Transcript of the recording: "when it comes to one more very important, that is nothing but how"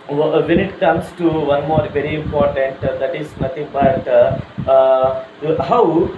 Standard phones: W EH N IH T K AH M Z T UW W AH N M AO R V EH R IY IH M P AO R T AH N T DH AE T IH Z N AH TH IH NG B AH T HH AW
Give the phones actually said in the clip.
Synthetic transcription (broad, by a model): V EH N IH T K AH M S T UW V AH N M AO R V EH R IY IH M P AO R T AH N T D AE T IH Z N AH T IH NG B AH T HH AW